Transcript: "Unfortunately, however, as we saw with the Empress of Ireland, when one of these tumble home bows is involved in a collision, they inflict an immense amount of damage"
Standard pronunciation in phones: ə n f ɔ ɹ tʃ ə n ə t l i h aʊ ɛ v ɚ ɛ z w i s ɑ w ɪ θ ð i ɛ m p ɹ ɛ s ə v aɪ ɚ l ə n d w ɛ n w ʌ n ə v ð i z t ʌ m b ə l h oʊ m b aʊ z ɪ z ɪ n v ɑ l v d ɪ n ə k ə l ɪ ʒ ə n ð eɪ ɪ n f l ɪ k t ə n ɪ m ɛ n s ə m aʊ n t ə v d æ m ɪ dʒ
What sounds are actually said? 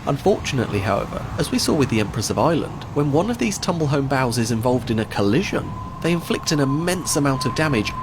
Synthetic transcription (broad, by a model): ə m f ɔ ɹ tʃ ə n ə t l i h aʊ ɛ v ɚ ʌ z w i s ɑ w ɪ ð i ɛ m p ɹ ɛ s ə v aɪ l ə n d w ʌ n w ʌ n ə v ð i z t ʌ m b ə l h oʊ m b aʊ z ɪ z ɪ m v ɑ l v d ɪ n ə k ə l ɪ ʒ ə n ð eɪ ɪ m f l ɪ k t ə n ɪ m ɛ n s ə m aʊ n t ə v d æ m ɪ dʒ